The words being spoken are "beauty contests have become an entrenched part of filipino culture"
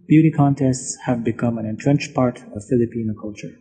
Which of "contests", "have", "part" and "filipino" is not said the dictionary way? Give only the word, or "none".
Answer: none